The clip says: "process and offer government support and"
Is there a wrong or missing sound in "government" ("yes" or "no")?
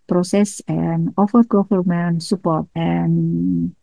yes